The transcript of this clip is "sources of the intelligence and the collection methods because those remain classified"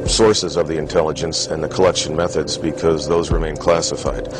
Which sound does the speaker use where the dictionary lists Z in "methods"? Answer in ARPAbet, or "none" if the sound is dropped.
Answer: Z